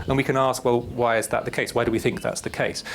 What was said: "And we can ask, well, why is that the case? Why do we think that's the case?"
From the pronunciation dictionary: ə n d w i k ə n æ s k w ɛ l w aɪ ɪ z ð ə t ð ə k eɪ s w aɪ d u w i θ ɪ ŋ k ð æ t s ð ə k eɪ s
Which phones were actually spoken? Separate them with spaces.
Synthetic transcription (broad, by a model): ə n w i k ə n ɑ s k w ɛ l w aɪ ɪ z ð ə t ð ə k eɪ s w aɪ d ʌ w i θ ɪ ŋ k ð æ t s ð ə k eɪ s